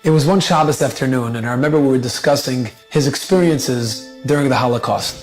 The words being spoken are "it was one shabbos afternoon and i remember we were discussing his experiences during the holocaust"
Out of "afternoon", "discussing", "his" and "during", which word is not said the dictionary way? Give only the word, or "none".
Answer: none